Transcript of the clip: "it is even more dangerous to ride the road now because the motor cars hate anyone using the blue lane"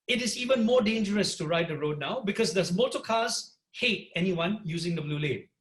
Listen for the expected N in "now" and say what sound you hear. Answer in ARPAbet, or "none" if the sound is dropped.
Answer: N